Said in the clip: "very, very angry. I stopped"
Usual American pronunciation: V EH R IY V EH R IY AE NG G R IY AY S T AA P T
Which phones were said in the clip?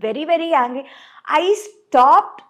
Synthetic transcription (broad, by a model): V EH R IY V EH R IY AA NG G IY AY S T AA P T